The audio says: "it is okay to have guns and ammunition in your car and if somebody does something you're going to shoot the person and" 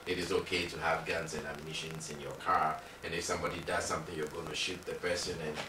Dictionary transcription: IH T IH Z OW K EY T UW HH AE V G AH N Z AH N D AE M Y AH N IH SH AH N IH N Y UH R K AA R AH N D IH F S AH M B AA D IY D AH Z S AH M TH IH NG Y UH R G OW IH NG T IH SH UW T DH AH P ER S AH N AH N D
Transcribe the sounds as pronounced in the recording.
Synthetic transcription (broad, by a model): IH T IH Z OW K EY T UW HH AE V G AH N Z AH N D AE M Y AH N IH SH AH N IH N Y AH R K AA R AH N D IH F S AH M B AA D IY D AH Z S AH M TH IH NG Y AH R G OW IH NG T IH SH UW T DH AH P ER S AH N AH N